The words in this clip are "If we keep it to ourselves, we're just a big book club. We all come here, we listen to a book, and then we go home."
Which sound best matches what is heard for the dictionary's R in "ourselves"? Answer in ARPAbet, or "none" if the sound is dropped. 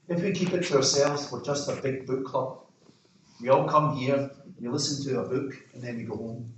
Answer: R